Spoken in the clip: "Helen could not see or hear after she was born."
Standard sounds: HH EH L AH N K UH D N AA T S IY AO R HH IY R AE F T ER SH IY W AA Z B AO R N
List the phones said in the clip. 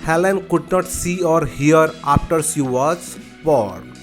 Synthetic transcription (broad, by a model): HH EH L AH N K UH D N AA T S IY AO R HH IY R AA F T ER S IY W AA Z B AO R